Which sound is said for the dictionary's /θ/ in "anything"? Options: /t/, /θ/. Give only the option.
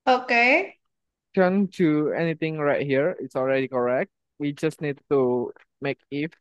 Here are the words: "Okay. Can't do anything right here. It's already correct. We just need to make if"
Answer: /t/